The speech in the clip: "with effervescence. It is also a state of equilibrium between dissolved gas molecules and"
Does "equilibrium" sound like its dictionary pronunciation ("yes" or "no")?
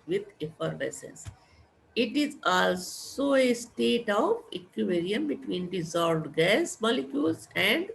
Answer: no